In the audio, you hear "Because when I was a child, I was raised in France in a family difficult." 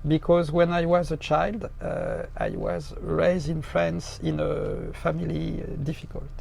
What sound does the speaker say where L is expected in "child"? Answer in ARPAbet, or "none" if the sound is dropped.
L